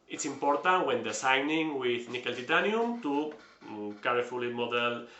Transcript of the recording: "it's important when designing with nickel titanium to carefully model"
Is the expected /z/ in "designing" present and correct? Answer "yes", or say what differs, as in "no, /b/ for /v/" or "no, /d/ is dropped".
no, /s/ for /z/